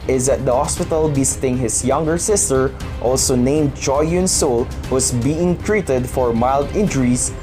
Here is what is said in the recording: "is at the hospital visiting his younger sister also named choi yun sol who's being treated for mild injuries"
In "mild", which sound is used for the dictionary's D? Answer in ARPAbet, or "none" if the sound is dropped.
D